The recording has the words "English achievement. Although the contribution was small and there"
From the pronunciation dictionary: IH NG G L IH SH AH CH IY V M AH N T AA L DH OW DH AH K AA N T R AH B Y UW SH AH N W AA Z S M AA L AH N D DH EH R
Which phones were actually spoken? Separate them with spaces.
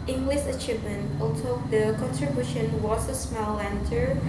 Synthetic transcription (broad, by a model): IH NG G L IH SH AH CH IY V M AH N T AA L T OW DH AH K AA N T R AH B Y UW SH AH N W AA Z S M AA L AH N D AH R